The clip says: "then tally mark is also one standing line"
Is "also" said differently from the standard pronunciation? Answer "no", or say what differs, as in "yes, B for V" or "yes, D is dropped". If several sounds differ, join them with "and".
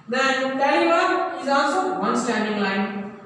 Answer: no